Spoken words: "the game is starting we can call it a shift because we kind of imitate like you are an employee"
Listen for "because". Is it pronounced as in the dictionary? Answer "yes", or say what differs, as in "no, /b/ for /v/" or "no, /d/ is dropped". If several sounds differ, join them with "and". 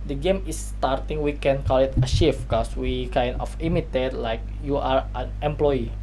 no, /s/ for /z/